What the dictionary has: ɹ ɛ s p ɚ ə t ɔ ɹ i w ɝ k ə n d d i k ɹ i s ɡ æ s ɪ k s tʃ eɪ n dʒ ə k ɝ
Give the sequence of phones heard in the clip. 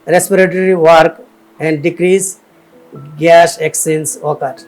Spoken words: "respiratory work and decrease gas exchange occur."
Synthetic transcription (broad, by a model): ɹ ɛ s p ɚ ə t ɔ ɹ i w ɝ k ə n d d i k ɹ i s ɡ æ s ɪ k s eɪ n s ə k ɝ